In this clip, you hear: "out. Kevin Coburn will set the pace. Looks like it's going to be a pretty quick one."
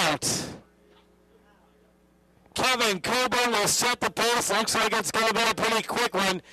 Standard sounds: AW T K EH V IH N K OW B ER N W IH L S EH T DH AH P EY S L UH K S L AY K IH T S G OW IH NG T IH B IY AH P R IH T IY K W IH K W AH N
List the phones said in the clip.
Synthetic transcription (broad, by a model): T K EH V IH N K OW B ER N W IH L S EH T DH AH P EY S L UH K S L AY K IH T S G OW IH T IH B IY AH P R IH T IY K W IH K W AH N